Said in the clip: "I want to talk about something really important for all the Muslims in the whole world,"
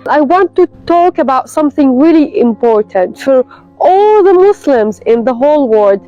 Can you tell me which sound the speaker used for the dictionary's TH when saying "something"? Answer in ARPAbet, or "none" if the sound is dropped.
TH